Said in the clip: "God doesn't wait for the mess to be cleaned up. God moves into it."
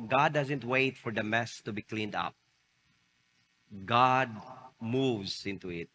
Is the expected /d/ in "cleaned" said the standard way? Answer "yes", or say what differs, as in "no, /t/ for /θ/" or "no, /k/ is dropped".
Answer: yes